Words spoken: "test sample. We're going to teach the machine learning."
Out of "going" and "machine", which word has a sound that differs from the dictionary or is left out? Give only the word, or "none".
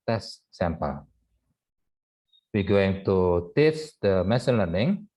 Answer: machine